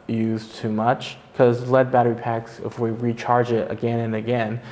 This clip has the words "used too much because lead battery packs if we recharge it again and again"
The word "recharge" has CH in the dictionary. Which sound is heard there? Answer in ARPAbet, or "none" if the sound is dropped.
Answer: CH